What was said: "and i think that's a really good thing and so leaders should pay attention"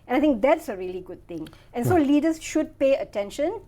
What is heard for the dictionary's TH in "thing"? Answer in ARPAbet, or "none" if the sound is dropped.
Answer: T